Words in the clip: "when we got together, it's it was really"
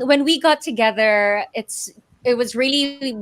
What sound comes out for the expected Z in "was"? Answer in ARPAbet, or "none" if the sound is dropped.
Z